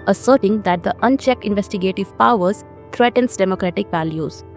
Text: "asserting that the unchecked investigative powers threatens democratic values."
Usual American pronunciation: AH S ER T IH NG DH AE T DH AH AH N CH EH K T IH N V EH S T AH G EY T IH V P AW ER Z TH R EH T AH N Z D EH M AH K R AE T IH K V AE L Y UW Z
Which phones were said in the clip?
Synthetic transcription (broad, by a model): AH S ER T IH NG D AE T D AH AH N CH EH K T IH N V EH S T AH G EY T IH V P AW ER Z T R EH T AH N S D EH M AH K R AE T IH K V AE L Y UW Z